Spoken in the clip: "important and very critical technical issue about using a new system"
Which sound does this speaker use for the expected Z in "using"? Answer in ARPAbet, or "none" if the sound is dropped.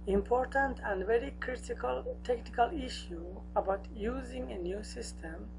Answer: Z